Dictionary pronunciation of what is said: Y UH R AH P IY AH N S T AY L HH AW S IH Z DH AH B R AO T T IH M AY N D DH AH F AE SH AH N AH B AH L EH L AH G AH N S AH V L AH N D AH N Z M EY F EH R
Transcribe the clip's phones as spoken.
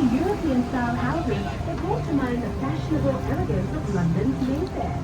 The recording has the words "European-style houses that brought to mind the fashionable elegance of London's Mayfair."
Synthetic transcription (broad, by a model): Y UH R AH P IY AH N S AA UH N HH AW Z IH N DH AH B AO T T IH M AY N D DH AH F AE SH AH N AH B AH L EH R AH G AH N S AH V L AH N D AH N Z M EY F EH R